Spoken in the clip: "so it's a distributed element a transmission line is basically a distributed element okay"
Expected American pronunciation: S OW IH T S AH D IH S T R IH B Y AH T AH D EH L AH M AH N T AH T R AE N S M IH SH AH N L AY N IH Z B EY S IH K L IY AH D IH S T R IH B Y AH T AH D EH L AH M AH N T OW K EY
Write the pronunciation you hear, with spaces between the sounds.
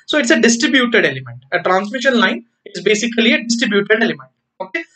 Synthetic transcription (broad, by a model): S OW IH T S AH D IH S T R IH B Y AH T AH D EH L AH M AH N T AH T R AE N S M IH SH AH N L AY N IH Z B EY S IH K L IY AH D IH S T R IH B Y AH T AH D EH L AH M AH N T OW K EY